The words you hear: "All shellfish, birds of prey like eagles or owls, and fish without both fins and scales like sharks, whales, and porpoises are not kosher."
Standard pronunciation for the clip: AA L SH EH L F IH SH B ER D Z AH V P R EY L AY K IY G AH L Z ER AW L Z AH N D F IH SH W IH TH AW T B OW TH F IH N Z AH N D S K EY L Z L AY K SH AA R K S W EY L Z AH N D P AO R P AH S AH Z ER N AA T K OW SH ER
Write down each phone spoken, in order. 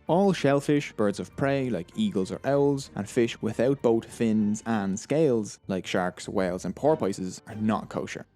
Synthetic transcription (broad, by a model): AA L SH EH L F IH SH B ER D Z AH V P R EY L AY K IY G AH L Z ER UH L Z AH N F IH SH W IH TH AW T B OW T F IH N Z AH N S K EY L Z L AY K SH AA R K S W EY L Z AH N P AO R P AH S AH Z ER N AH T K OW SH ER